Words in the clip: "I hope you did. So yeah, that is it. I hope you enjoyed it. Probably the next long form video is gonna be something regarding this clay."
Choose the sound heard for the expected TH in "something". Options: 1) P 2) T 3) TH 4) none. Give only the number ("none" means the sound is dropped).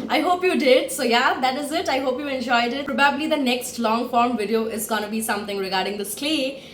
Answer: 2